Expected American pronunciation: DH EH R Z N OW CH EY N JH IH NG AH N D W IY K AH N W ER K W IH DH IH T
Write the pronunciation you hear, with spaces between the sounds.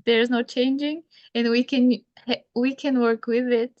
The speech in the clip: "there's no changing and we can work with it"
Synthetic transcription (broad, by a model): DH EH R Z N OW CH EY N JH IH NG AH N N W IY K AH N W ER K W IH DH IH T